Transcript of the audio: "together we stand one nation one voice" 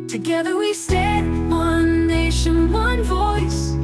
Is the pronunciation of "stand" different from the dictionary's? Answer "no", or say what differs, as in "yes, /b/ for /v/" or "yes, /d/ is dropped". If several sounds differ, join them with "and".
yes, /n/ is dropped